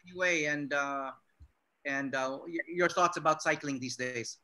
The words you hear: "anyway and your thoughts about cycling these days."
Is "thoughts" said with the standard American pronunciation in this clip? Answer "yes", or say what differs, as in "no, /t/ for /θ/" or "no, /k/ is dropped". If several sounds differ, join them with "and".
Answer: yes